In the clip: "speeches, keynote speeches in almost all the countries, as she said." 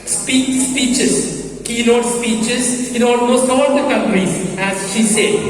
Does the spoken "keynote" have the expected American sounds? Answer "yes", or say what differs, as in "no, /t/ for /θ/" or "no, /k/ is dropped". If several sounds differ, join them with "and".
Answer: no, /l/ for /n/